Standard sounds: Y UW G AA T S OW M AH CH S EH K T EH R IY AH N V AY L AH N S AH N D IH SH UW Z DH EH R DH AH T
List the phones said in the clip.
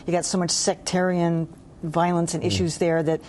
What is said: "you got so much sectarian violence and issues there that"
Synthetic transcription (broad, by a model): Y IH G AA T S OW M AH CH S EH K T EH R IY AH N V AY L AH N S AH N IH SH UW Z DH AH R DH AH T